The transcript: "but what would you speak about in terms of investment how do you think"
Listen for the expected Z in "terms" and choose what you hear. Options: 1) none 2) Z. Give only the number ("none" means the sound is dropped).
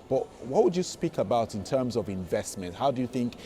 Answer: 2